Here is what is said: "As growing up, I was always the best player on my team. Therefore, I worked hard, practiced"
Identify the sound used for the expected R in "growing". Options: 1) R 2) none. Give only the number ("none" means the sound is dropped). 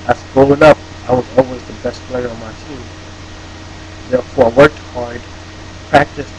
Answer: 2